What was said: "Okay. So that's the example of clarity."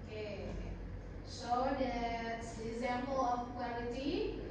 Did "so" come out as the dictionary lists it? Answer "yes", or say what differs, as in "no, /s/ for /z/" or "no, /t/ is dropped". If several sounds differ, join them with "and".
no, /ʃ/ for /s/